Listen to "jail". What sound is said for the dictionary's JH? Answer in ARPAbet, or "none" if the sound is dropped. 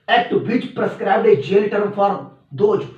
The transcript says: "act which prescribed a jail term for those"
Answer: JH